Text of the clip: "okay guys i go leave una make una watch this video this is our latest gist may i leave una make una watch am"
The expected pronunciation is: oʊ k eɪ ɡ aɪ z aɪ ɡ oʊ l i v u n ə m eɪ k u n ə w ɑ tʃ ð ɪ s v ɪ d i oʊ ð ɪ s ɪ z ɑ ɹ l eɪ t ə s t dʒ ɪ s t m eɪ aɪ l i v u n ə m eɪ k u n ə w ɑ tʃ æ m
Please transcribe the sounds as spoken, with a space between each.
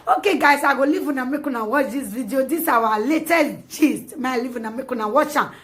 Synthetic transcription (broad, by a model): oʊ k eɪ ɡ aɪ s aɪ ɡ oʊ l i v u n ə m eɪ k u n ə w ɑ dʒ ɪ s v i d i oʊ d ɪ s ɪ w ɑ l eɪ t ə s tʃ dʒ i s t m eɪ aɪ l i v u n ə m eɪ k u n ə w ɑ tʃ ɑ